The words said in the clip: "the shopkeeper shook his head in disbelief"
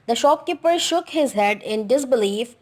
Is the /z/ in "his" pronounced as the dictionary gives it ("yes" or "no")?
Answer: yes